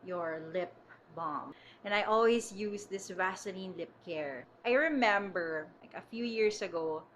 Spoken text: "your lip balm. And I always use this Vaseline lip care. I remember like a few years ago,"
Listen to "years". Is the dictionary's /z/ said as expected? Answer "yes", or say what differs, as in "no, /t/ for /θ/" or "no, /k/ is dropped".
no, /s/ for /z/